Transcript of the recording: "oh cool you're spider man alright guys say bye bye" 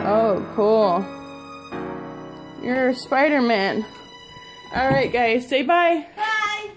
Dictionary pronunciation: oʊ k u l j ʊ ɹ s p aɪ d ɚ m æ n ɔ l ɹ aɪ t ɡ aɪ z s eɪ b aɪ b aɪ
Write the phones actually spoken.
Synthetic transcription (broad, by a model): oʊ k u l j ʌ ɹ s p aɪ d ɚ m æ n ɔ l ɹ aɪ t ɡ aɪ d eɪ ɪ b aɪ